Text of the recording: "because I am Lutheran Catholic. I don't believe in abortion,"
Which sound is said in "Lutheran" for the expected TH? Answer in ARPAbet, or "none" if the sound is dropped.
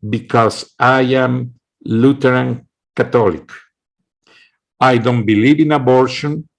T